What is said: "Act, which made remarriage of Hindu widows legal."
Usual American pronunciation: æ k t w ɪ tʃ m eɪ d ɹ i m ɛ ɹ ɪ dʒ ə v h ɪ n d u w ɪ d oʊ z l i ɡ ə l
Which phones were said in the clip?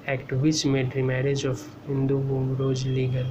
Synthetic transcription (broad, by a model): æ k t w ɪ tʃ m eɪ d ɹ i m ɛ ɹ ɪ dʒ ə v h ɪ n d u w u d oʊ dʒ l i ɡ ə l